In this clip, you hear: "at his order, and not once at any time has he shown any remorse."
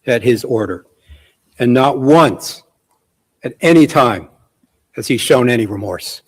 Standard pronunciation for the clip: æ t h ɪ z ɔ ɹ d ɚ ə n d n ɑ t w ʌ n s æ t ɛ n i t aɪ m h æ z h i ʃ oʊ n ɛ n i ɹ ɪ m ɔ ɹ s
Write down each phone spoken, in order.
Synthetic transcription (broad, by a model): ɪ t h ɪ z ɔ ɹ d ɚ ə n n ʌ t w ʌ n s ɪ t ɛ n i t aɪ m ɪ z i ʃ oʊ n ɛ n i ɹ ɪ m ɔ ɹ s